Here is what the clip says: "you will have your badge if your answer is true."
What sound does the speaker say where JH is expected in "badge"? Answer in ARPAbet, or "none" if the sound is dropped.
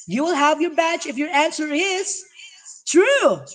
CH